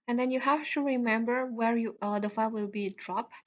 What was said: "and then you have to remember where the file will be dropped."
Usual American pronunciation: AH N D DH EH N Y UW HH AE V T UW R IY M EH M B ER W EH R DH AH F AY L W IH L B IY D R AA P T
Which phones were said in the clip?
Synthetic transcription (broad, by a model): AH N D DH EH N Y UW HH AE F T UW R IY M EH M B ER W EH R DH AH F AY L W IH L B IY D R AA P